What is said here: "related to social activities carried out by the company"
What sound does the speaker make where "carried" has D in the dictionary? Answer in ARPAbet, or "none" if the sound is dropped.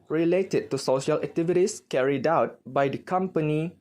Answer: D